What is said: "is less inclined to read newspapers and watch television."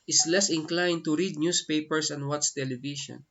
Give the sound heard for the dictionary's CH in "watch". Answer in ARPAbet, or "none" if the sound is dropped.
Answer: S